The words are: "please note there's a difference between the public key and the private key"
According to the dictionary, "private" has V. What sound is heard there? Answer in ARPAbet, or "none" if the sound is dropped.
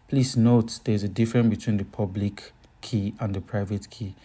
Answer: V